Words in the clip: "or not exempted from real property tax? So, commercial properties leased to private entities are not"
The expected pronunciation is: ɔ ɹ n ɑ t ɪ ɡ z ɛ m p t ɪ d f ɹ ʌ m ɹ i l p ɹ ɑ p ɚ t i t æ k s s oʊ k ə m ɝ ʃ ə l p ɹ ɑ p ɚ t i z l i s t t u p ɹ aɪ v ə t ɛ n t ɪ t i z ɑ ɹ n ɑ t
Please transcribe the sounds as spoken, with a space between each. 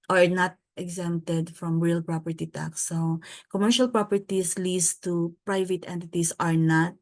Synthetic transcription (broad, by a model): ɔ ɹ n ɑ t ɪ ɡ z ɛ m t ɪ d f ɹ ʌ m ɹ i l p ɹ ɑ p ɚ t i t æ k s s oʊ k ə m ɝ ʃ ə l p ɹ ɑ p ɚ t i s l i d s t u p ɹ aɪ v ə t ɛ n t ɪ t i s ɑ ɹ n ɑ t